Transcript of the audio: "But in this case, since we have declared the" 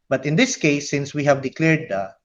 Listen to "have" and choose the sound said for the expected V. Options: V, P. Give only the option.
V